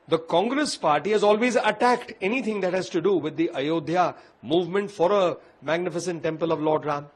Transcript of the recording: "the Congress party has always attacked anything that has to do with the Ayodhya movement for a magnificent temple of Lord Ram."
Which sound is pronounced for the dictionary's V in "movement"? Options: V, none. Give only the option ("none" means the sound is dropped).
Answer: V